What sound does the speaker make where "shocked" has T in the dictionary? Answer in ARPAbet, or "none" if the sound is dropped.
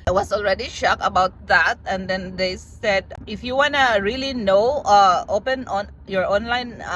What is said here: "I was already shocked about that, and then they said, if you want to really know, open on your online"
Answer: none